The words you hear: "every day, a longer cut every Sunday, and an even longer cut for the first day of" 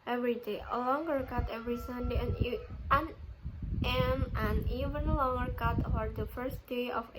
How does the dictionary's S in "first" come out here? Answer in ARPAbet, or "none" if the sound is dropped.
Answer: S